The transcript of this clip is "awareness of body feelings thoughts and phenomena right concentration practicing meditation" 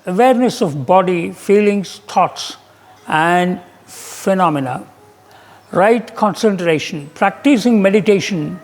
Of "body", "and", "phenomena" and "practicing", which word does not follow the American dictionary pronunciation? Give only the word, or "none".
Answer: none